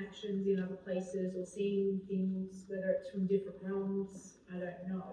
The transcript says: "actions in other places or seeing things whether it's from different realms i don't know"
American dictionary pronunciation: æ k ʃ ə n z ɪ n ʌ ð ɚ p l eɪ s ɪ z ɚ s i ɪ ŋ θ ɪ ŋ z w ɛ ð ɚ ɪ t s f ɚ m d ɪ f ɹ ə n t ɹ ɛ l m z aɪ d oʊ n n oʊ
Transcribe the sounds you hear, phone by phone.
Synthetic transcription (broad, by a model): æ k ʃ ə n z ɪ n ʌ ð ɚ p l eɪ s ɪ z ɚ s i ɪ ŋ θ ɪ ŋ z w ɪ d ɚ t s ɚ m d ɪ f ɹ ə n t ɹ ɛ l m z aɪ d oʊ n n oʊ